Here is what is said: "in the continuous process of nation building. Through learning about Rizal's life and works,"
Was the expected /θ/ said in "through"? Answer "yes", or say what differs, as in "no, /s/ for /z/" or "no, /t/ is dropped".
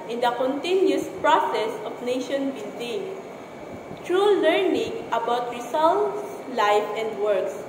no, /t/ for /θ/